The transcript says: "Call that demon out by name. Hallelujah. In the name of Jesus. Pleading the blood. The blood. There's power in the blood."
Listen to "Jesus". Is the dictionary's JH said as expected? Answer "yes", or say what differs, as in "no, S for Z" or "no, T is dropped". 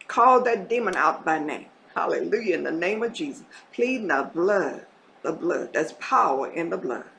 yes